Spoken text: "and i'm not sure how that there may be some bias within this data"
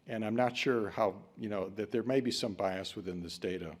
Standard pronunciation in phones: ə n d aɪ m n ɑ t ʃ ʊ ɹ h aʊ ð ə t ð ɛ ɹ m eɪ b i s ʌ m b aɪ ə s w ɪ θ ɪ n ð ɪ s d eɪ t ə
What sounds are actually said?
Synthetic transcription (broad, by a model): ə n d aɪ m n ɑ t ʃ ʊ ɹ h aʊ ð ə t ð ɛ ɹ m eɪ b i s ʌ m b aɪ ə s w ɪ θ ɪ n ð ɪ s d eɪ t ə